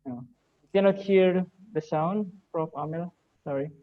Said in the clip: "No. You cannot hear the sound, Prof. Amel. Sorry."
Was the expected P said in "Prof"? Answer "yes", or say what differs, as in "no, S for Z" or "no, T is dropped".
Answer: no, F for P